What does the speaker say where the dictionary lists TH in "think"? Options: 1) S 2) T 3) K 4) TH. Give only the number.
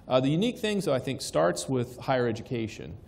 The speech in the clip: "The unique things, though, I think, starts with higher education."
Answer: 4